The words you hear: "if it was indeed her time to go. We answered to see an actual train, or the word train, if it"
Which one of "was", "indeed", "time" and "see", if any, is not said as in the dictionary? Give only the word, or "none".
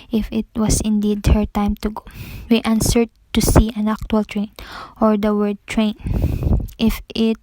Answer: was